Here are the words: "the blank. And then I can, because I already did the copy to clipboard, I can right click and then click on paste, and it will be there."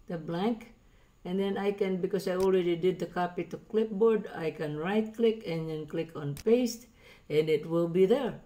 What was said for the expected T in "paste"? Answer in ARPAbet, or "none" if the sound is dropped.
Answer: T